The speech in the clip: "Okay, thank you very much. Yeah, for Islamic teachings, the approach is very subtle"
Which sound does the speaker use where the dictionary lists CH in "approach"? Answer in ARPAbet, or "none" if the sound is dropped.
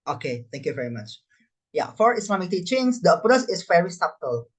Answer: S